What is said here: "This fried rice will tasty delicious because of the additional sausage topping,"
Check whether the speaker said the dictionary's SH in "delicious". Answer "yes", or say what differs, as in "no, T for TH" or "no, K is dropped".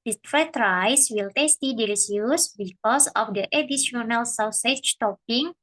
no, S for SH